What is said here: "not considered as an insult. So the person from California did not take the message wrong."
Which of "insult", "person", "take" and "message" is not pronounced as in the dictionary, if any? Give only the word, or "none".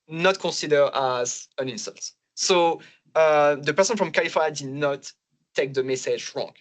none